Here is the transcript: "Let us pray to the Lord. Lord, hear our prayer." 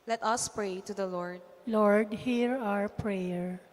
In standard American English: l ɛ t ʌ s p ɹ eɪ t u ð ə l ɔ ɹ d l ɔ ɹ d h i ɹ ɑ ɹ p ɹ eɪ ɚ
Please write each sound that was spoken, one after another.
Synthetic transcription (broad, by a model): l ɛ t ʌ s p ɹ eɪ t u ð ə l ɔ ɹ d l ɔ ɹ d h i ɹ ɑ ɹ p ɹ eɪ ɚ